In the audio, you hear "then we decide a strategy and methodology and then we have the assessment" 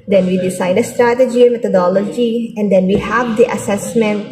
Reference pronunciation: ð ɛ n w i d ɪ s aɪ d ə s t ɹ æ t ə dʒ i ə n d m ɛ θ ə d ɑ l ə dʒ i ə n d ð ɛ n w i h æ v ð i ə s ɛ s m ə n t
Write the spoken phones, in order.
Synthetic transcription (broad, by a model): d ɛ n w i d ɪ s aɪ d ə s t ɹ æ t ə dʒ i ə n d m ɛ t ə d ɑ l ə dʒ i ə n d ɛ n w i h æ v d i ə s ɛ s m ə n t